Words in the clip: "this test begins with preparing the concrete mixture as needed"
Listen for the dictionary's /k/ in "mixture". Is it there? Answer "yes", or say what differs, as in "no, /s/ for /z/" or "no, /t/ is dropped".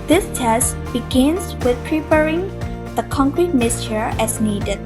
no, /k/ is dropped